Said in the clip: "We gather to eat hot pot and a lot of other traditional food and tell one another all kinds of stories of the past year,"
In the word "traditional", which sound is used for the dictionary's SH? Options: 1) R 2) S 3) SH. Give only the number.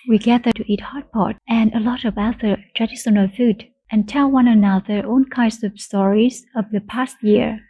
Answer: 2